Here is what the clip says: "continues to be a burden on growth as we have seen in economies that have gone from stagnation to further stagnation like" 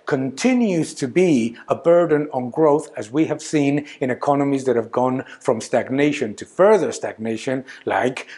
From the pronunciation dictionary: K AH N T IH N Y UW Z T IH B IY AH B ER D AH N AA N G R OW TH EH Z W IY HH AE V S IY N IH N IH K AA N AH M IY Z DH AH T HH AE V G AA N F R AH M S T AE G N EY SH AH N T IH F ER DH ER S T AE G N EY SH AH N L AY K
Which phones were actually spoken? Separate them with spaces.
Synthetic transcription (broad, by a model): K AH N T IH N Y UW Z T IH B IY AH B ER D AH N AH N G R OW TH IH Z W IY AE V S IY N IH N IH K AA N AH M IY Z DH AH T HH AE V G AA N F R AH M S T AE G N EY SH AH N T IH F ER DH ER S T AE G N EY SH AH N L AY K